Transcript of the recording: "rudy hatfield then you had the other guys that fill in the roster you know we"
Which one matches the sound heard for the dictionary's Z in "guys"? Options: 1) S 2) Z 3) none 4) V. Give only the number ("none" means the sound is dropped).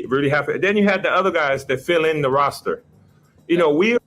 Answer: 2